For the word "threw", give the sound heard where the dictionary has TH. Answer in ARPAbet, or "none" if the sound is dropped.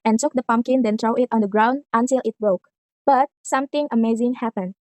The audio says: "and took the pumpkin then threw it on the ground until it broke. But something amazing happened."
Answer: T